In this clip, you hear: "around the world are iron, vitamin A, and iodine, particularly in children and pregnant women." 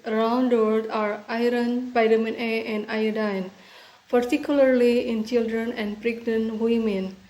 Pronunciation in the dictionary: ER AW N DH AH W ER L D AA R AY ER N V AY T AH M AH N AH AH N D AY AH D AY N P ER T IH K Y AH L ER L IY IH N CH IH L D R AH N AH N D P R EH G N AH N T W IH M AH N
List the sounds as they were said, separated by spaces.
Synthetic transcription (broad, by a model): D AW N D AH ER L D AA R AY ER N P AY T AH M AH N AH AH N D AY AH D AY N P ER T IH K Y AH L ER L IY IH N CH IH L D R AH N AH N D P R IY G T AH N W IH M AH N